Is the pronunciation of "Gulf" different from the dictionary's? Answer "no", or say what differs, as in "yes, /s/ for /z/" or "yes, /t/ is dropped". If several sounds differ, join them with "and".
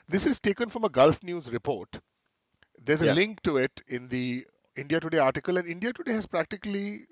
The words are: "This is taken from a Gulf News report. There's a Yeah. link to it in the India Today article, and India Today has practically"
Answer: no